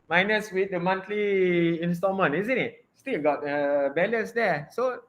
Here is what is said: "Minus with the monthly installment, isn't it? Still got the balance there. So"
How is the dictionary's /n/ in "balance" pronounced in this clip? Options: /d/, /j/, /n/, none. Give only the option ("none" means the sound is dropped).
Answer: none